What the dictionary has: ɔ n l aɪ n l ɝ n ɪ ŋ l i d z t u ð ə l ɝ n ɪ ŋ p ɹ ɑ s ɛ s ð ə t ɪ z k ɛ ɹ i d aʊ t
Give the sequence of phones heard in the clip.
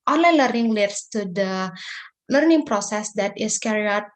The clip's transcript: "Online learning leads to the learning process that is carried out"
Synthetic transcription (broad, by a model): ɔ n l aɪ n l ɝ n ɪ ŋ l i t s t u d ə l ɝ n ɪ ŋ p ɹ ɑ s ɛ s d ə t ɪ s k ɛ ɹ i aʊ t